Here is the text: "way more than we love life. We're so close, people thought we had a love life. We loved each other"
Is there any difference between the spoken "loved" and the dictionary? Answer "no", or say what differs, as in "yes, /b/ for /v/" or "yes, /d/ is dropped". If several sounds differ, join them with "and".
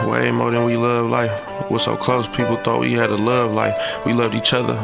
no